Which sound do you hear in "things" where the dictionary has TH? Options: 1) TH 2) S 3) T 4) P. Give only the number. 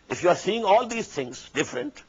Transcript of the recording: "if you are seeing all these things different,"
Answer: 3